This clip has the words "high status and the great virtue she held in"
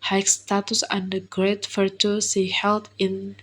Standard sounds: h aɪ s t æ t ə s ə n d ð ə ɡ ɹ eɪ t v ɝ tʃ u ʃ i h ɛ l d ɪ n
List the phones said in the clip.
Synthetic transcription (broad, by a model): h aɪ s t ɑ t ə s ə n d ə ɡ ɹ eɪ t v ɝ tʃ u s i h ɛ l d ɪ n